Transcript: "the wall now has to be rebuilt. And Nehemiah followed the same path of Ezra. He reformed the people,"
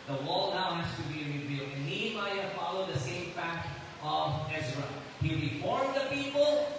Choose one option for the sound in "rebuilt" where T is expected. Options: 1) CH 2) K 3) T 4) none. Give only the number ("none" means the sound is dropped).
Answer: 4